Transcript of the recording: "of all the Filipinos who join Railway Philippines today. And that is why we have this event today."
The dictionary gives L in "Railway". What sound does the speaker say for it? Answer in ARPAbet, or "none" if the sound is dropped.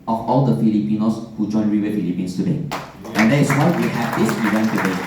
none